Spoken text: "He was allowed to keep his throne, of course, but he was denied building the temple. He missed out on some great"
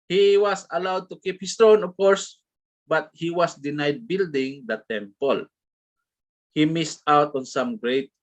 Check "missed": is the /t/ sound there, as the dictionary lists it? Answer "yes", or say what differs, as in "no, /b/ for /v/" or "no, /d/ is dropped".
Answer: yes